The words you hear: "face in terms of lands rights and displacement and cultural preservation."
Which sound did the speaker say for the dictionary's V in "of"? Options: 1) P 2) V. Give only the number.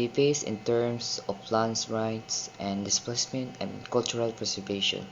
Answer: 1